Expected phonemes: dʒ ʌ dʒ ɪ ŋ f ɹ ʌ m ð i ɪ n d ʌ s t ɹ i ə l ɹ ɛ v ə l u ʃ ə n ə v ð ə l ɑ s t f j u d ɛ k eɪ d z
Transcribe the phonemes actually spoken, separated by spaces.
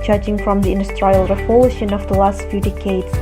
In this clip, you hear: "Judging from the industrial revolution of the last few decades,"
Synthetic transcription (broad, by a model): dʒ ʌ dʒ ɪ ŋ f ɹ ʌ m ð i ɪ n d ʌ s t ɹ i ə l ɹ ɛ p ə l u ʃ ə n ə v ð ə l ɑ s t f j u d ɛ k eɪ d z